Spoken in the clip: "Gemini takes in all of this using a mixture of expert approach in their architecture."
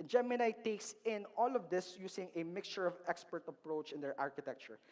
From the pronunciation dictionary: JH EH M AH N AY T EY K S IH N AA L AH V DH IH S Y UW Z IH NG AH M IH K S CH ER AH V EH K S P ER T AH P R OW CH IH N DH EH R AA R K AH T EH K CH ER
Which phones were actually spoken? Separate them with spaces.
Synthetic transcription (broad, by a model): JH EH M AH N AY T EY K S IH N AA L AH V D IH S Y UW S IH NG AH M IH K S CH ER AH V EH K S P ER T AH P R OW CH IH N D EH R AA R K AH T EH K CH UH